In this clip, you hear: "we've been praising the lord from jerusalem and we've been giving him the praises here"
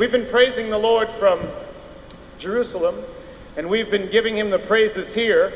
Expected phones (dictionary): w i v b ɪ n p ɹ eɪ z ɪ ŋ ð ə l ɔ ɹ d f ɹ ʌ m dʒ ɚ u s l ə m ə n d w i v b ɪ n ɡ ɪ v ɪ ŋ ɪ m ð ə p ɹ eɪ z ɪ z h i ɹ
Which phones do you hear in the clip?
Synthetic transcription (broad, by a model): i v b ɪ n p ɹ eɪ z ɪ ŋ ð ə l ɔ ɹ d f ɹ ʌ m dʒ ɚ u s l ə m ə n w i v b ɪ n ɡ ɪ v ɪ ŋ ɪ m ð ə p ɹ eɪ z ɪ z h i ɹ